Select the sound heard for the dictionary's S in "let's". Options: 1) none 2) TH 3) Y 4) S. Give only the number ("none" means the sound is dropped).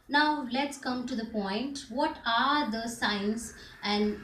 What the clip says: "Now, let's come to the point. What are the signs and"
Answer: 4